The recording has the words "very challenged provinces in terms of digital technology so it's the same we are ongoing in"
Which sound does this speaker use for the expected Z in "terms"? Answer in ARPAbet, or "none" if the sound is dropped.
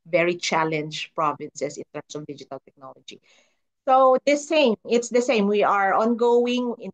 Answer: S